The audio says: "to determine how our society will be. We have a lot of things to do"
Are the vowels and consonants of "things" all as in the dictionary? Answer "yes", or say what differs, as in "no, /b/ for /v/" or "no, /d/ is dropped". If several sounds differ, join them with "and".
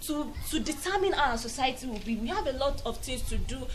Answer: no, /t/ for /θ/